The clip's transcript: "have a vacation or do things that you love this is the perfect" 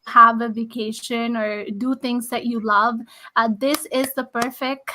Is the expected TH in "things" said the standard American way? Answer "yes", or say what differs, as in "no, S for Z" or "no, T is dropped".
no, T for TH